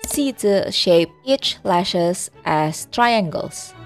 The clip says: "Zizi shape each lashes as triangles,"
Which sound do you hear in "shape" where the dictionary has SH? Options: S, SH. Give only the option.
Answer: SH